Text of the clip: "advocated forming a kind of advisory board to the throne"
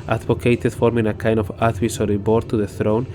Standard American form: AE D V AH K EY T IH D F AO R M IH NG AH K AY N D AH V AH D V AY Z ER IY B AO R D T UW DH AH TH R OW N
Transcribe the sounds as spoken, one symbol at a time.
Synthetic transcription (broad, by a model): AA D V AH K EY T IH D F AO R M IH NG AH K AY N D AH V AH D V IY S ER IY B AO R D T UW DH AH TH R OW N